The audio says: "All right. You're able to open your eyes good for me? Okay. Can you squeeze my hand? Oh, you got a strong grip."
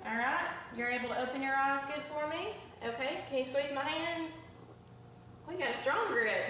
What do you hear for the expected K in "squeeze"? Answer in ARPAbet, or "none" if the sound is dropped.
none